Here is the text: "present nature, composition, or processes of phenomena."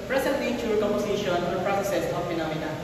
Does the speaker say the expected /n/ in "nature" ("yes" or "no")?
no